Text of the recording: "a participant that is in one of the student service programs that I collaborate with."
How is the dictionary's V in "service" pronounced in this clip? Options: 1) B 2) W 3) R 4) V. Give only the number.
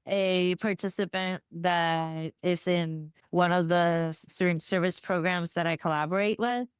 4